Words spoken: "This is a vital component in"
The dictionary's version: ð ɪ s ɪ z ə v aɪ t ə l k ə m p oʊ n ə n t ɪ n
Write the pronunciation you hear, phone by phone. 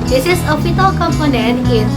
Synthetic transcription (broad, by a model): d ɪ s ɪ s ə p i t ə l k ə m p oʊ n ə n ɪ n